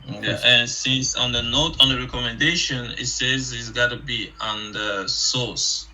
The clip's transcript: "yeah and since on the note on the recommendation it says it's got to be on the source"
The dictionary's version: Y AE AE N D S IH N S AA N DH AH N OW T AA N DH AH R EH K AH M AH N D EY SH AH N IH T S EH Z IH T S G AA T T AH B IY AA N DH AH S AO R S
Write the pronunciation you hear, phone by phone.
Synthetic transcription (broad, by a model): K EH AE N S IH N S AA N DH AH N OW T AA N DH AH R EH K AH M AH N D EY SH AH N IH T S EH Z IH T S G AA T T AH B IY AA N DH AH S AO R S